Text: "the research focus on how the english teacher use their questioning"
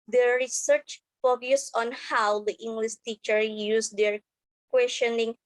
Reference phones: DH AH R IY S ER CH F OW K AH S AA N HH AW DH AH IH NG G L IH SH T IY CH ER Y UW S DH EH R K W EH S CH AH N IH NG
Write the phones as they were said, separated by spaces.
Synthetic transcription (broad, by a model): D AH R IY S ER CH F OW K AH S AA N HH AW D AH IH NG G L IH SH T IY CH ER Y UW S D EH R K W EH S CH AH N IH NG